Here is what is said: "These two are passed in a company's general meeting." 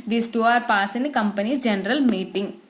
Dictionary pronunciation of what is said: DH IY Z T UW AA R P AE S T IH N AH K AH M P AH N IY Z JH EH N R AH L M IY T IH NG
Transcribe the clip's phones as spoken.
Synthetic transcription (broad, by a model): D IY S T UW AA R P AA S IH N AH K AH M P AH N IY JH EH N R AH L M IY T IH NG